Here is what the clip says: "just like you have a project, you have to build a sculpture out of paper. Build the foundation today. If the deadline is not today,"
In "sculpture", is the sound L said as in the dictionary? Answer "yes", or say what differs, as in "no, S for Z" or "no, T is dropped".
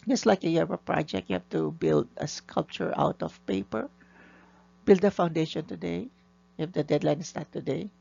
yes